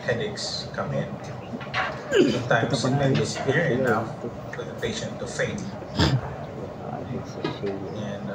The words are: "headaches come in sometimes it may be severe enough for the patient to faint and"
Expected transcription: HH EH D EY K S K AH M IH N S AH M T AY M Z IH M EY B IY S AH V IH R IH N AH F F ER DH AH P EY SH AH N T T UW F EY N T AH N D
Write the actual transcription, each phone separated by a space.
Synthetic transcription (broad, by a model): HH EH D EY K S K AH M IH N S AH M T AY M S IH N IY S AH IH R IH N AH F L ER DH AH P EY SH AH N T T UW F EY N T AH N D